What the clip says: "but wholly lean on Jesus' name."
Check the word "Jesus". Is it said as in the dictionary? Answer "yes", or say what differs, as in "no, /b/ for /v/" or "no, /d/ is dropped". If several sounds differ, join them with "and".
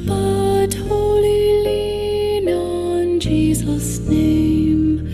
yes